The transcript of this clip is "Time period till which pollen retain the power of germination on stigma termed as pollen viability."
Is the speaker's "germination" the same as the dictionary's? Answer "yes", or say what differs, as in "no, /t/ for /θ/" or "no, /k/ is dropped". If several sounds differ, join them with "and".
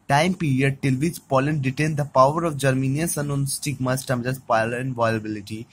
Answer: no, /s/ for /ʃ/